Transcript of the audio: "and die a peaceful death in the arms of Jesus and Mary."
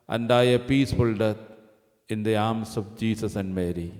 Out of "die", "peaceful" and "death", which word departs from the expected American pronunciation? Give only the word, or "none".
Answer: death